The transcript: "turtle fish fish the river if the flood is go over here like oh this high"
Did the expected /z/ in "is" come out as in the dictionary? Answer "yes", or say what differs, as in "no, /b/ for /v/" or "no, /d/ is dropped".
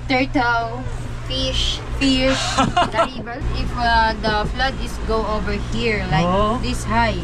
no, /s/ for /z/